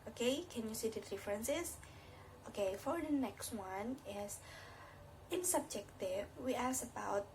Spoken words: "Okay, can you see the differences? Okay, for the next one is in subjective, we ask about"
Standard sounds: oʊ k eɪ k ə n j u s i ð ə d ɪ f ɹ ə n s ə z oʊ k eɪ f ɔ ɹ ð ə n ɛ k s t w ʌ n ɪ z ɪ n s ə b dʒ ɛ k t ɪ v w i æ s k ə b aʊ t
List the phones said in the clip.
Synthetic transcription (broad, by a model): oʊ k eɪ k ə n j u s i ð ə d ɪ f ɹ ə n s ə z oʊ k eɪ f ɔ ɹ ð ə n ɛ k s t w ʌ n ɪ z ɪ n s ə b dʒ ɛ k t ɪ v w i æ s ə b aʊ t